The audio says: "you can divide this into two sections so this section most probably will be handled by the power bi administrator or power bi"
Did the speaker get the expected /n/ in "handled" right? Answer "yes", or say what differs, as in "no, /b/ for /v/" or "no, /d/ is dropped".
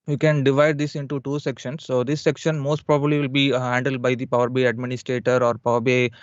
yes